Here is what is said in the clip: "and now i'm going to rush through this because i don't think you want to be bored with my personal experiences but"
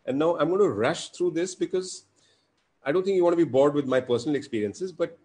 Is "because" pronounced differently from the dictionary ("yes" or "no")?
no